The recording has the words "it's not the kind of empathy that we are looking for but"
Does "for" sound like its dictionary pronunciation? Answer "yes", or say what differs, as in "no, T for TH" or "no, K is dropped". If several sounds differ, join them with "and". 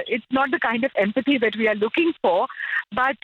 yes